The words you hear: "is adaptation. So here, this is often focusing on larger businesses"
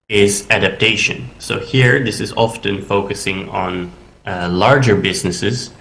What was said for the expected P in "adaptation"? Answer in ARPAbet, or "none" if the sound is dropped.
P